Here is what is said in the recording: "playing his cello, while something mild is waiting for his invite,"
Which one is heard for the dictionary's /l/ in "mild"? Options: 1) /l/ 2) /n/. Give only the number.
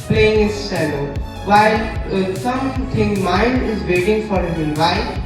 2